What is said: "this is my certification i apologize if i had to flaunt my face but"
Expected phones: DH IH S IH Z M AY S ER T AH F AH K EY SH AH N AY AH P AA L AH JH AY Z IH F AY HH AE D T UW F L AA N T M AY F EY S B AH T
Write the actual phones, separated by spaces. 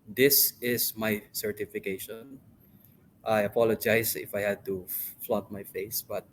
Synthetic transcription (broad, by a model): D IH S IH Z M AY S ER T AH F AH K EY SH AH N AY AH P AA L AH JH AY S IH F AY HH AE D T UW F L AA T M AY F EY S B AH T